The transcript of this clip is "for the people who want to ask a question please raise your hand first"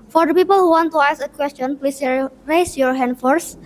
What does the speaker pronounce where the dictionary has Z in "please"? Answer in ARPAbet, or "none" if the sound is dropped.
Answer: S